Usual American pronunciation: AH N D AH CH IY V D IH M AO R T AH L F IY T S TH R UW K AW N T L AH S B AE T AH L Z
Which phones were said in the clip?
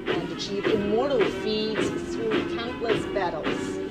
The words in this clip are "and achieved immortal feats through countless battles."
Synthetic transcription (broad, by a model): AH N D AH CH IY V IH M AO R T L F IY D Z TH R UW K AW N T L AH S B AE T L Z